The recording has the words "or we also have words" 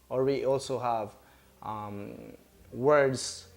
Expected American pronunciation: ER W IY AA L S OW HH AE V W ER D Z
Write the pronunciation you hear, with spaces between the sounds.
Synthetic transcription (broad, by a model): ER W IY AA L S OW HH AE V W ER D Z